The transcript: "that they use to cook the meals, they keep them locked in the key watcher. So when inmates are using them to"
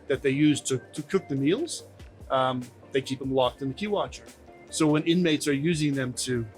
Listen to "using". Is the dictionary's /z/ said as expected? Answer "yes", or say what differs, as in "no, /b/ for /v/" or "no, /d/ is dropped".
yes